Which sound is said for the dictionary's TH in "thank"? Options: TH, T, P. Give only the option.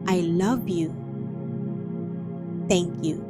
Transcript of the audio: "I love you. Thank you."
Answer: T